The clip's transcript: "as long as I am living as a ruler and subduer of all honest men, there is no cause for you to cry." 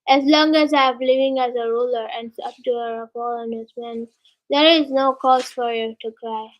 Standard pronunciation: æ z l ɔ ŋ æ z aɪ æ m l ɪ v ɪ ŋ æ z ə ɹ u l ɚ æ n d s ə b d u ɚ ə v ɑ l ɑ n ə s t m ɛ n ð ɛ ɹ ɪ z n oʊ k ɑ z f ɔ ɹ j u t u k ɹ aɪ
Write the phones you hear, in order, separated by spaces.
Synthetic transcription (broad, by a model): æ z l ɔ ŋ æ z aɪ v l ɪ v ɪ ŋ æ z ə ɹ u l ɚ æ n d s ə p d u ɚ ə p ɑ l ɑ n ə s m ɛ n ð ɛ ɹ ɪ z n oʊ k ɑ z f ɔ ɹ j u t u k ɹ aɪ